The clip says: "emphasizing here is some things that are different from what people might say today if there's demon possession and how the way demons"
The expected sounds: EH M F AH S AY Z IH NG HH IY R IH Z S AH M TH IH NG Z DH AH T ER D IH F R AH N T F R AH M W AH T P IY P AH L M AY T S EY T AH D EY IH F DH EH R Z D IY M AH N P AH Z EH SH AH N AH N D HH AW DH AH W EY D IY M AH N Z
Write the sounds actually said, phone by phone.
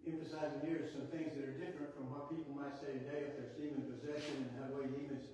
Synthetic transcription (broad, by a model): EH M F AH S AY Z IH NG HH IY R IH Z S AH M TH IH NG Z DH AH T ER D IH F R AH N T F R AH M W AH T P IY P L M AY T S EY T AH D EY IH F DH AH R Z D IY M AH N P AH Z EH SH AH N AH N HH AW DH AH W EY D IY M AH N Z